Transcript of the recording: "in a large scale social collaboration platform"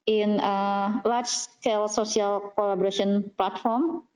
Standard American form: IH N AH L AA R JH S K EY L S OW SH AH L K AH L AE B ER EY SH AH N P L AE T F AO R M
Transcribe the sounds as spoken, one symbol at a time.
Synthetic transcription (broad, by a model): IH N AH L AA R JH S K EY L S OW S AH L K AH L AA B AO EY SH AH N P L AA T F AO R M